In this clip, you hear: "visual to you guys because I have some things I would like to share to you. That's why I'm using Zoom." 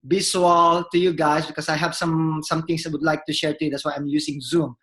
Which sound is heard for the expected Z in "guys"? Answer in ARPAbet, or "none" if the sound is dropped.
S